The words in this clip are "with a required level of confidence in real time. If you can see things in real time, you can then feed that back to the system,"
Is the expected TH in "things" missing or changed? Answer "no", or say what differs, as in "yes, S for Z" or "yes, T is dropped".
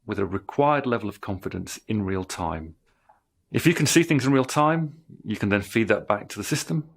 no